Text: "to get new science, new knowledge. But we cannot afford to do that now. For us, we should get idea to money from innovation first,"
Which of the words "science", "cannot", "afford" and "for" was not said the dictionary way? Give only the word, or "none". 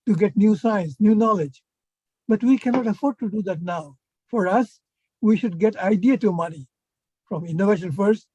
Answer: none